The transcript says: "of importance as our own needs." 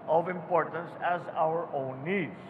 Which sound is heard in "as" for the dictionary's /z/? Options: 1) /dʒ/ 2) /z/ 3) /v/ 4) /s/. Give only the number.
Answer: 2